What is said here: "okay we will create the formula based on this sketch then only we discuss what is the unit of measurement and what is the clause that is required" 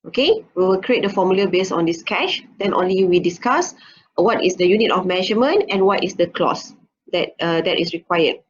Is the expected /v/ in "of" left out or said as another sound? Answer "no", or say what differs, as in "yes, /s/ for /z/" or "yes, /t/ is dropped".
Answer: yes, /f/ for /v/